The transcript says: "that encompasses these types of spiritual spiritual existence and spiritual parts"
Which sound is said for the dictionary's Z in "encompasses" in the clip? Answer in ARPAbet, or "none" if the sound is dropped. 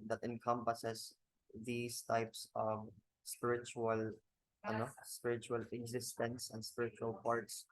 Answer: S